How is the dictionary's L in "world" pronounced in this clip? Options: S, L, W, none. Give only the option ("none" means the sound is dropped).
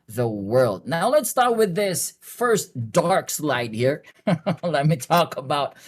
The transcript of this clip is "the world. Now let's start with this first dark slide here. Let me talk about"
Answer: L